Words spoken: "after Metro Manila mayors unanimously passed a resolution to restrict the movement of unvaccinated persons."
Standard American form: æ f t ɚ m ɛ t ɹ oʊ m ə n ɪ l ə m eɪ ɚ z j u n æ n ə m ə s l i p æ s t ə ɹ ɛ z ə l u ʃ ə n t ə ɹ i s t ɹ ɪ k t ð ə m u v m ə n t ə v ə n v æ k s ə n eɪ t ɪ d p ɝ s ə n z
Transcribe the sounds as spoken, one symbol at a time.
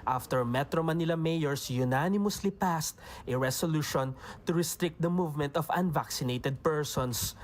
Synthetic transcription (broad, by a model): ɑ f t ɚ m ɛ t ɹ oʊ m ə n ɪ l ə m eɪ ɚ s j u n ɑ n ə m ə s l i p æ s t ə ɹ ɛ s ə l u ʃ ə n t ə ɹ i s t ɹ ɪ k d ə m u v m ə n t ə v ə n v æ k s ə n eɪ t ɪ d p ɝ s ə n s